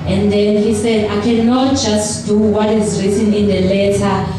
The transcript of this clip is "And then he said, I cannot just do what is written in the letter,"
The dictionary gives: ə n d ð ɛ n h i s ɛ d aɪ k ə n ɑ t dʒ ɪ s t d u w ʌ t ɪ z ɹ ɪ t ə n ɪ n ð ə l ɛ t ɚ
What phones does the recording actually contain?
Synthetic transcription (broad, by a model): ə n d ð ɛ n h i s ɛ d aɪ k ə n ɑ t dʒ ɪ s t d u w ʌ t ɪ z ɹ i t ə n ɪ n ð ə l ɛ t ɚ